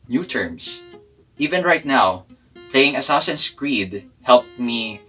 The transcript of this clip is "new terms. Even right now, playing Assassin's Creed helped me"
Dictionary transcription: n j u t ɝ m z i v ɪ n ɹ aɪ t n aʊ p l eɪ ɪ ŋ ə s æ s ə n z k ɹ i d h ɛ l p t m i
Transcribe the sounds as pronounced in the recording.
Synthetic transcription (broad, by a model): n j u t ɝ m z i v ɪ n ɹ aɪ t n aʊ p l eɪ ɪ ŋ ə s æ s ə n s k ɹ i d h ɛ l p m i